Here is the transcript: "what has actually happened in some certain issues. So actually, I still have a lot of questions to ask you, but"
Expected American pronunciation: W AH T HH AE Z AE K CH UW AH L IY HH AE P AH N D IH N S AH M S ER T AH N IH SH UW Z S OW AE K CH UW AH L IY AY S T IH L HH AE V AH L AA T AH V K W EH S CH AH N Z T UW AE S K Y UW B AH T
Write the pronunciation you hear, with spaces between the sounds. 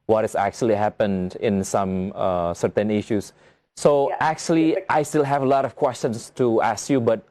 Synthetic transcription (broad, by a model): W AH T HH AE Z AE K CH UW AH L IY HH AE P AH N D IH N S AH M S ER T AH N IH SH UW S OW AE K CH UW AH L IY AY S T IH L HH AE V AH L AA T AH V K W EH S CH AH N S T UW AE S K Y UW B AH T